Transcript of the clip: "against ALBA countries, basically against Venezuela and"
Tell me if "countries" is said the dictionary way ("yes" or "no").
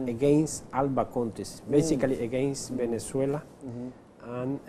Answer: no